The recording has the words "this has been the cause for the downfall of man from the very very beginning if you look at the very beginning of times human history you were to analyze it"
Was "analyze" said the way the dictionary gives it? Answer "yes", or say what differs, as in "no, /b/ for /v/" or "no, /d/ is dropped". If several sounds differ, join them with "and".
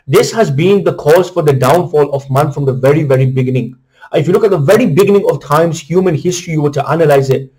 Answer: yes